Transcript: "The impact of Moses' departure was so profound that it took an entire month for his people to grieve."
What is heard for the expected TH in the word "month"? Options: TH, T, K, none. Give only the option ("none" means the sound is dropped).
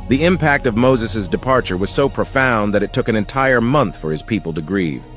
TH